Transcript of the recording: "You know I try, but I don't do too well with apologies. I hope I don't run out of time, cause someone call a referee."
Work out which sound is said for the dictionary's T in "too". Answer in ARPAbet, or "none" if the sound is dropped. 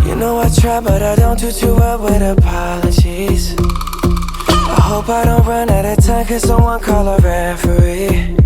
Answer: T